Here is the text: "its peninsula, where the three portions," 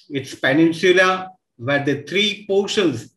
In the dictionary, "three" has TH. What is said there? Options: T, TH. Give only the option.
T